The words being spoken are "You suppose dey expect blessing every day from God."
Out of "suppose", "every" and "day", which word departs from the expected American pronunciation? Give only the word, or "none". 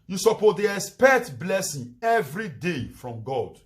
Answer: suppose